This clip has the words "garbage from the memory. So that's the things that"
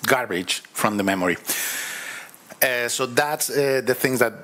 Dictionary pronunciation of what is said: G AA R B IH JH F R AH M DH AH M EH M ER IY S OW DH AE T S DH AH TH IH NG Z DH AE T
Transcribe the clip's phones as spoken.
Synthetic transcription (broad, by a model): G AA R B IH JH F R AH M DH AH M EH M ER IY S OW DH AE T S DH AH TH IH NG Z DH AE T